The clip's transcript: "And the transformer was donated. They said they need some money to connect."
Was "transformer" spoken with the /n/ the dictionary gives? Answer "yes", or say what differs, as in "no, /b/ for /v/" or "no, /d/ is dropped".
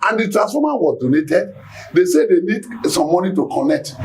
no, /n/ is dropped